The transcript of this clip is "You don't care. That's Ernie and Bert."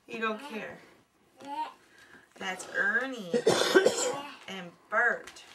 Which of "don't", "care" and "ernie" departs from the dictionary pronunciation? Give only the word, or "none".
none